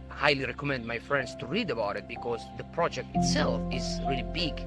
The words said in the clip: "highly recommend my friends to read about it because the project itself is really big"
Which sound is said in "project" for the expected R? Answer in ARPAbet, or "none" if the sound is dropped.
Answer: R